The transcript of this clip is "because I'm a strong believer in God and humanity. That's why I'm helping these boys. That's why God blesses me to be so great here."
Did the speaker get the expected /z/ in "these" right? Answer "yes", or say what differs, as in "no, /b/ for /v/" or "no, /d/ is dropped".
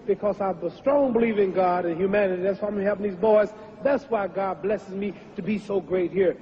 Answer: yes